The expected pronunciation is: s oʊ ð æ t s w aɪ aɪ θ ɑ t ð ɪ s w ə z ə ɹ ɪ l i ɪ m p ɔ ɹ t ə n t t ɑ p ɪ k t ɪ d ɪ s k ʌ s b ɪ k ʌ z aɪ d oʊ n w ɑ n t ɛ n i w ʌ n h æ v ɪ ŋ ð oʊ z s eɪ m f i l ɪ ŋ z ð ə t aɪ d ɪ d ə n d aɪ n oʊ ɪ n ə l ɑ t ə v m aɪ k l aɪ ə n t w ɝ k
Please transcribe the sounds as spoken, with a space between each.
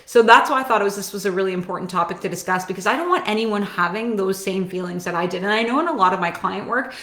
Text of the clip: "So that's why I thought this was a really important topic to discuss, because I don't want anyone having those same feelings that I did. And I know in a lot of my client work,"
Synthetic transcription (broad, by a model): s oʊ ð æ t s w aɪ aɪ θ ɑ t ð ɪ s w ə z ə ɹ ɪ l i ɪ m p ɔ ɹ t n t t ɑ p ɪ k t ɪ d ɪ s k ʌ s b ɪ k ʌ z aɪ d oʊ n w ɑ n t ɛ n i w ʌ n h æ v ɪ ŋ ð oʊ z s eɪ m f i l ɪ ŋ z ð ə t aɪ d ɪ d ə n aɪ n oʊ ɪ n ə l ɑ t ə v m aɪ k l aɪ ə n t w ɝ k